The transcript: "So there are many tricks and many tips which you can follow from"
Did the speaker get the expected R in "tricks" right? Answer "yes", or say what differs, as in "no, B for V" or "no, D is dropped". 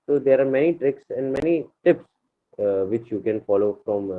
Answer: yes